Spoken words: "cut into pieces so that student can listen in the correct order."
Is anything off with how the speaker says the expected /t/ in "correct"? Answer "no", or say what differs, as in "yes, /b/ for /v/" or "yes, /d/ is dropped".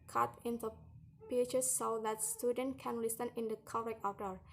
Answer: yes, /t/ is dropped